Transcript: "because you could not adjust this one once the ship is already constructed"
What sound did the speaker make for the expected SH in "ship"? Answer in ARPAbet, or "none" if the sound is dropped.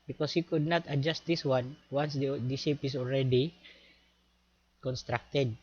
S